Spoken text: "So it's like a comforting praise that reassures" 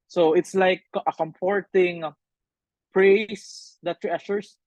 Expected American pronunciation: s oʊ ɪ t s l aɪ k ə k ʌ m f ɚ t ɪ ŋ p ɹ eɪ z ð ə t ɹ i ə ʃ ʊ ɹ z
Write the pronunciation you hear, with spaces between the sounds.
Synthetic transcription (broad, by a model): s oʊ ɪ t s l aɪ k ə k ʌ m p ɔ t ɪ ŋ p ɹ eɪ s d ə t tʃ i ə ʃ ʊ ɹ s